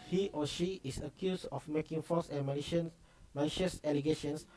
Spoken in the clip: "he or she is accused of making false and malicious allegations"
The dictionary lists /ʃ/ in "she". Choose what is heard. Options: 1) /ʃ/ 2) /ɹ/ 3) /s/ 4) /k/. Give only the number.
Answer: 1